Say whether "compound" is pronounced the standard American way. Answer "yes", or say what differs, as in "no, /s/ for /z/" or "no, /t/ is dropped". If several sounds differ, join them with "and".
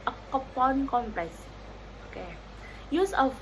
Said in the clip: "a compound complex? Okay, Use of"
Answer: no, /m/ is dropped